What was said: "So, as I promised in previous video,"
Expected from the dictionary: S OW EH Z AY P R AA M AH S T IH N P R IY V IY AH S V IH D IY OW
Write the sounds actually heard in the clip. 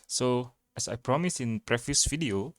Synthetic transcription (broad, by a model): S OW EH S AY P R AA M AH S IH N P R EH F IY S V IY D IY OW